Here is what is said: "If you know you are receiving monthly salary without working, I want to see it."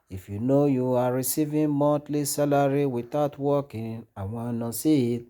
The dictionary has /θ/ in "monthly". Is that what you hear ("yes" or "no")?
no